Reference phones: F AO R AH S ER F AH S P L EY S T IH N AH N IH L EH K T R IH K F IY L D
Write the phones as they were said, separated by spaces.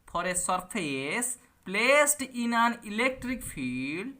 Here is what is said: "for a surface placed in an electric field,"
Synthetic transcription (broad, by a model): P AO R AH S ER P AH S P L EY S T IH N AH N IH L EH K T R IH K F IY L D